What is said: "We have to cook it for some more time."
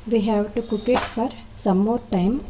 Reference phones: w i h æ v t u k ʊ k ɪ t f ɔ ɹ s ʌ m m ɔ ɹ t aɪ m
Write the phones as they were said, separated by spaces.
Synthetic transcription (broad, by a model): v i h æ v t u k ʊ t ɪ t f ɔ ɹ s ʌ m m ɔ ɹ t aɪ m